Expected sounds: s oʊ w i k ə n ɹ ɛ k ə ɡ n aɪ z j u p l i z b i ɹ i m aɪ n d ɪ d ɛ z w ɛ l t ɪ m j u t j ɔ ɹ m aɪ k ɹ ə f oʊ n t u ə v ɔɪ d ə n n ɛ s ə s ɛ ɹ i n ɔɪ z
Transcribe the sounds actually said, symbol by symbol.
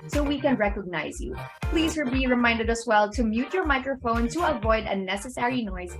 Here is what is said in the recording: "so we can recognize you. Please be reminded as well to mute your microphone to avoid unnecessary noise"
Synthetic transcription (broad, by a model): s oʊ w i k ə n ɹ ɛ k ə ɡ n aɪ z j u p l i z b i ɹ i m aɪ n d ɪ d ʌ s w ɛ l t ɪ m j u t j ɔ ɹ m aɪ k ɹ ə f oʊ n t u ə v ɔɪ d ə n n ɛ s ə s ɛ ɹ i n ɔɪ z